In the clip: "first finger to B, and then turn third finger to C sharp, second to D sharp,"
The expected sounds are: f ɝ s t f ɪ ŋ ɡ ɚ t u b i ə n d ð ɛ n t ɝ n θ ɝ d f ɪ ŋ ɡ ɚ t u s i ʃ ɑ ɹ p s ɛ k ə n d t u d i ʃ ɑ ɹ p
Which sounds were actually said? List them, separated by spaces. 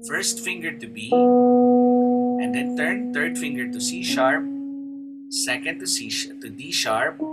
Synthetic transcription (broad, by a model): f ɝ s t f ɪ ŋ ɡ ɚ t u b i ə n d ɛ n t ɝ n t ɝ d f ɪ ŋ ɡ ɚ t u s i ʃ ɑ ɹ p s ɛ k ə n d t u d i ʃ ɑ ɹ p